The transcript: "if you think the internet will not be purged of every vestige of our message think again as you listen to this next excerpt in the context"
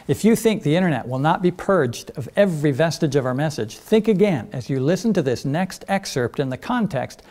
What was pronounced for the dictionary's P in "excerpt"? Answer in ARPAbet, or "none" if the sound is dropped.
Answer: P